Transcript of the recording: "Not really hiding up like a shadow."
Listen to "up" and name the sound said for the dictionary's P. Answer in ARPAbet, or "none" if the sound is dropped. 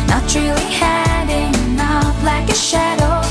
F